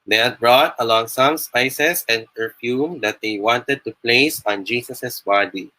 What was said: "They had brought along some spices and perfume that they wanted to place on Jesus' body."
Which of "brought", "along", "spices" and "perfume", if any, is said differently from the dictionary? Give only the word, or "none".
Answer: spices